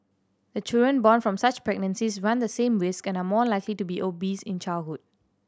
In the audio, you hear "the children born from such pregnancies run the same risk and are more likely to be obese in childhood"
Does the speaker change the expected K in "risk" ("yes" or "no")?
no